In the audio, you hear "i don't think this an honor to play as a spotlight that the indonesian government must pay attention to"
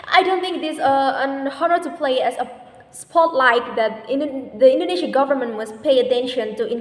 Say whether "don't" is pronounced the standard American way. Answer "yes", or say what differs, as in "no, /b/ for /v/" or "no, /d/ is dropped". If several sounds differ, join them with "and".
yes